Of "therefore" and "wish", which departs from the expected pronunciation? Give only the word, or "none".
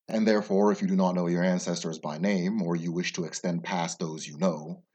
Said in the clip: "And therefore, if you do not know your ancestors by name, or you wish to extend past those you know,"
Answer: none